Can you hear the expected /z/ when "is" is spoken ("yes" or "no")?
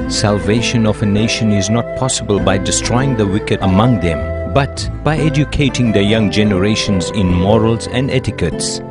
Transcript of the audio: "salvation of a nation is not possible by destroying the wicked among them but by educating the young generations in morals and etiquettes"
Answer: yes